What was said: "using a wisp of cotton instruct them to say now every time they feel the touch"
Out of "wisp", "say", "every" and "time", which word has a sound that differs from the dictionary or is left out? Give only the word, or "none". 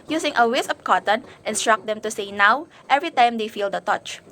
wisp